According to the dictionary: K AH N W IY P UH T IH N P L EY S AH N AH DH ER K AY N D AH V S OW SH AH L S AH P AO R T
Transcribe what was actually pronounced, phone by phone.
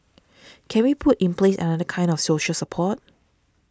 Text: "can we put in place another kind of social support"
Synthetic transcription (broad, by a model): K AH N W IY P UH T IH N P L EY S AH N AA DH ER K AY N D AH F S OW SH AH L S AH P AO T